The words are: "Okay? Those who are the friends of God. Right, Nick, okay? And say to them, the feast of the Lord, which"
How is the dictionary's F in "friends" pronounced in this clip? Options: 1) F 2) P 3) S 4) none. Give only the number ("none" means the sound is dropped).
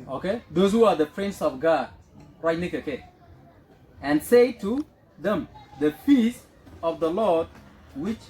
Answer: 2